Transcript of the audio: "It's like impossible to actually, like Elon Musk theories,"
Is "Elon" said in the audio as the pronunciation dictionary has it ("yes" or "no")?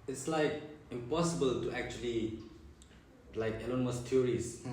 yes